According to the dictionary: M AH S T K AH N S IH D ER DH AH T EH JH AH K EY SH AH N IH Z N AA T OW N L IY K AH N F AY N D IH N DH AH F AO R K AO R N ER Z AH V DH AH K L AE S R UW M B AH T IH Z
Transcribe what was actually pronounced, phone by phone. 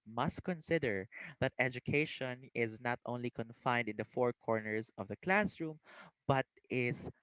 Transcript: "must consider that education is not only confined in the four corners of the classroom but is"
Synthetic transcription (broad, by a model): M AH S T K AH N S IH D ER DH AH T EH JH AH K EY SH AH N IH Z N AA T OW N L IY K AH N F AY N D IH N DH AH F AO R K AO R N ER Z AH V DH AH K L AE S R UW M B AH T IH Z